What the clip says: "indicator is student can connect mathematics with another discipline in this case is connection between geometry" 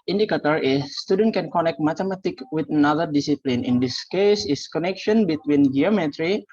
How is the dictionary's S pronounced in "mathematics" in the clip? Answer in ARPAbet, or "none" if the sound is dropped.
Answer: none